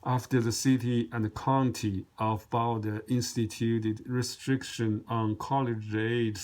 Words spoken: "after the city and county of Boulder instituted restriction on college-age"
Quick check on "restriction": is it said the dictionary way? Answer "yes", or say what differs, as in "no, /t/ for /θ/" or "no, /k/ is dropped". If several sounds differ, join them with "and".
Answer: yes